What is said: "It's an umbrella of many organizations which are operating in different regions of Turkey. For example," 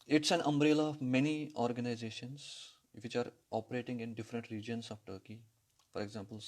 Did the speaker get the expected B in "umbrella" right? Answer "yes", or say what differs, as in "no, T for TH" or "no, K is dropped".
yes